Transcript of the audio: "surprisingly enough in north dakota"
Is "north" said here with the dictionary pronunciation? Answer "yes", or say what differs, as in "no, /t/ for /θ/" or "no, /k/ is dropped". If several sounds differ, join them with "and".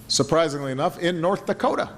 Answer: yes